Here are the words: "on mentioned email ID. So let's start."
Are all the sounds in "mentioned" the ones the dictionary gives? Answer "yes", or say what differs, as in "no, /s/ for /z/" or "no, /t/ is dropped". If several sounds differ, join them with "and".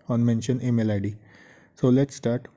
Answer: no, /d/ is dropped